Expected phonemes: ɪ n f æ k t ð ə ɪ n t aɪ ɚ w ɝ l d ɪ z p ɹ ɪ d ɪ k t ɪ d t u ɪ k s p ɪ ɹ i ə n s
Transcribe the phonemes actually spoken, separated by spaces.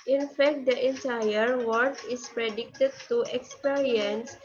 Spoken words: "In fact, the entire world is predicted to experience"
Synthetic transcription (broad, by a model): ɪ n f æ k t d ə ɪ n t aɪ ɚ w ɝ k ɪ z p ɹ ɪ d ɪ k t ɪ d t u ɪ k s p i ɹ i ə n s